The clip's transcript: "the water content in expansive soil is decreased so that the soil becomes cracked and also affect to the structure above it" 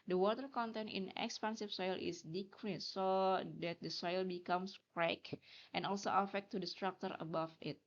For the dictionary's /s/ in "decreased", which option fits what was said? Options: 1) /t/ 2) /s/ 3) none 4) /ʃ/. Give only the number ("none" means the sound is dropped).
3